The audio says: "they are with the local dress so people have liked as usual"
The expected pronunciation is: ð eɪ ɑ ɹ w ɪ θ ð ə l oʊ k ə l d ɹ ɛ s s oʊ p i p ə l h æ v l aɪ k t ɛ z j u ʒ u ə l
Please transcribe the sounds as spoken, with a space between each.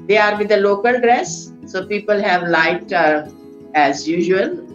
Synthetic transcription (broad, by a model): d eɪ ɑ ɹ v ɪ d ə l oʊ k ə l d ɹ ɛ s s oʊ p i p ə l h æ v l aɪ t ɛ z j u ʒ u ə l